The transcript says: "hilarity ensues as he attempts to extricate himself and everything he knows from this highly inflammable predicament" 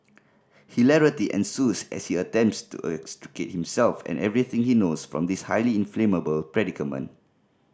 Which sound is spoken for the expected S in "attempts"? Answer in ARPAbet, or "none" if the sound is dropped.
S